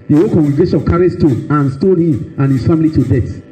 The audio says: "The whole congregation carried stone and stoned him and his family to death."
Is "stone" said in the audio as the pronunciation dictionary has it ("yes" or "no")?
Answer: no